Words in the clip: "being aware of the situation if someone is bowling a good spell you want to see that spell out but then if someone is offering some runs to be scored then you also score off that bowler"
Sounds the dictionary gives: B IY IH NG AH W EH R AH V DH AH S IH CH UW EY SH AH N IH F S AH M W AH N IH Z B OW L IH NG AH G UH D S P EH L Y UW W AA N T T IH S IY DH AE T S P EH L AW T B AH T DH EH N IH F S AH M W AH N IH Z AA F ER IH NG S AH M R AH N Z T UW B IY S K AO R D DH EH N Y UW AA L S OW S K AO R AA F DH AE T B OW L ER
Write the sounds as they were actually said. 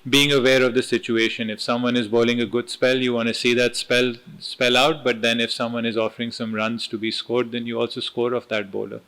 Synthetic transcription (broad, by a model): B IY IH NG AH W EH R AH V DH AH S IH CH UW EY SH AH N IH F S AH M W AH N IH Z B OW L IH NG AH G UH D S P EH L Y UW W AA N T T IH S IY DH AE T S P EH L AW T B AH T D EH N IH F S AH M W AH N IH Z AA F ER IH NG S AH M R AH N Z T UW B IY S K AO R D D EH N Y UW AA L S OW S K AO R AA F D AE T B OW L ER